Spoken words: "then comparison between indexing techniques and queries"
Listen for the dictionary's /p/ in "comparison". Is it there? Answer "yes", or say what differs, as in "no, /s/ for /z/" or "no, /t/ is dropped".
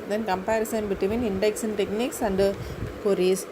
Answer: yes